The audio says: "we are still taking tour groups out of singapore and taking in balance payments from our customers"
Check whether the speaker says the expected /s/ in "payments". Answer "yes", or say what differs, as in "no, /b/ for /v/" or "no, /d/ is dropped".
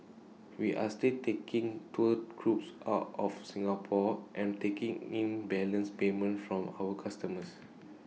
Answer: no, /s/ is dropped